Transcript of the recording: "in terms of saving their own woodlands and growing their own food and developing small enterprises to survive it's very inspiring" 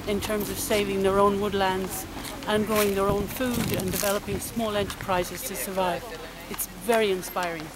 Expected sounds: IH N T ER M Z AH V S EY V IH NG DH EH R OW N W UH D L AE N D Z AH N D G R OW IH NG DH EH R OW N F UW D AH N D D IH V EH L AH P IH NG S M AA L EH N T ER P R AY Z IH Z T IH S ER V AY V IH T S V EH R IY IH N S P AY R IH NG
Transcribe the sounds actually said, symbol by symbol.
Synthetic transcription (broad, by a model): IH N T ER M Z AH V S EY V IH NG DH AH R OW N W UH D L AE N D Z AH N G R OW IH NG DH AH R OW N F UW D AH N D D IH V EH L AH P IH NG S M AA L EH N T ER P R AY Z IH Z T IH S ER V AY V IH T S V EH R IY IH N S P AY R IH NG